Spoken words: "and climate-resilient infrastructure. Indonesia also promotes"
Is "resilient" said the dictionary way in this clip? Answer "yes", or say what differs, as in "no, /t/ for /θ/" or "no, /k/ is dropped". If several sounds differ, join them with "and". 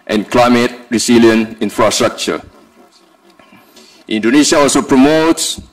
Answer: no, /t/ is dropped